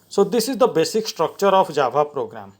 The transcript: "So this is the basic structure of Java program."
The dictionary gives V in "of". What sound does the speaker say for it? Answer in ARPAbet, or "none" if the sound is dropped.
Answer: P